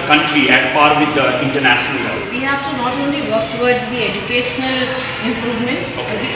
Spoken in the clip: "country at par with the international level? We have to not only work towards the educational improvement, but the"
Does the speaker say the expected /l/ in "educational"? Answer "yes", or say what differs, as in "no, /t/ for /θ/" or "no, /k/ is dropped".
yes